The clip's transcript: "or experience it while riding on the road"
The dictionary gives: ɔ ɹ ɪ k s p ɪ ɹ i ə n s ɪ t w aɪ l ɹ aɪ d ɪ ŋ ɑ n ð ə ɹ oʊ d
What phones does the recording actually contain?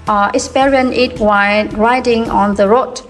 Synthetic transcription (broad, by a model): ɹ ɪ s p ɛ ɹ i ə n ɪ t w aɪ ɹ aɪ d ɪ ŋ ɑ n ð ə ɹ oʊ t